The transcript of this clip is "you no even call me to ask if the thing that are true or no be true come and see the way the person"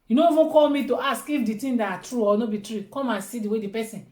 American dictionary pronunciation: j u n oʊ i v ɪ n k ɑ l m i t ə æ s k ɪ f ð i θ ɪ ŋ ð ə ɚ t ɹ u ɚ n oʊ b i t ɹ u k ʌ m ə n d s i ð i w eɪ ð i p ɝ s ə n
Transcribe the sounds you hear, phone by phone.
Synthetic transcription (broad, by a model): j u n oʊ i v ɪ k ɑ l m i t ə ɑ s k ɪ f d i t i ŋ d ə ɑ t ɹ u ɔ n oʊ b i t ɹ u k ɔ m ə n s i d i w eɪ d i p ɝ s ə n